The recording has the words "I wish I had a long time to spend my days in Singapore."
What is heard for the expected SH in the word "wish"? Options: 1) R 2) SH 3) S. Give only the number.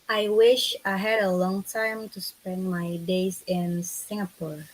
2